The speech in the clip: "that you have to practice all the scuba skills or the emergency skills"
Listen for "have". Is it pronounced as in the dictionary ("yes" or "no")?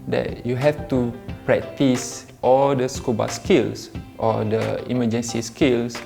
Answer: no